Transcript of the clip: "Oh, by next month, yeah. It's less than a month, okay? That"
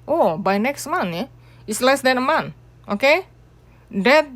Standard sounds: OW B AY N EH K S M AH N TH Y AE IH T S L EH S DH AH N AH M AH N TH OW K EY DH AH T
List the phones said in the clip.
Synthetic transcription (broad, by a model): OW B AY N EH K S M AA N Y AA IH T S L EH S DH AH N AH M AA N OW K EY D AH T